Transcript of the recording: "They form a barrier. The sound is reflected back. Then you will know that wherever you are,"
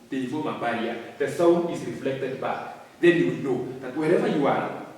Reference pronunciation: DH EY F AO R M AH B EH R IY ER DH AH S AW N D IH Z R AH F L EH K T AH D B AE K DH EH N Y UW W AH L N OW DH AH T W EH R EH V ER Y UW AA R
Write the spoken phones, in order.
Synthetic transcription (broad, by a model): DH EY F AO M AH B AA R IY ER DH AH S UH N IH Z R AH F L EH K T AH D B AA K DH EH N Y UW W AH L N OW DH AH T W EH R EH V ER Y UW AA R